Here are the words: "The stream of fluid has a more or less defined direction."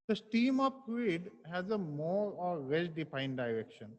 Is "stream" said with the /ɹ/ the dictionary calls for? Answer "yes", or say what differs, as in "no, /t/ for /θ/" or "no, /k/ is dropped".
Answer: no, /ɹ/ is dropped